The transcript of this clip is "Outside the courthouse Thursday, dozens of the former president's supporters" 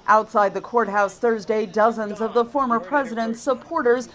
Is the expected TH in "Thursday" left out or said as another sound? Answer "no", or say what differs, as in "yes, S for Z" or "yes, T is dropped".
no